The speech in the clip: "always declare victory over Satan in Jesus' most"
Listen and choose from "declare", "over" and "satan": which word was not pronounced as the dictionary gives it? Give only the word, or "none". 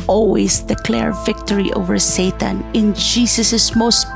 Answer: none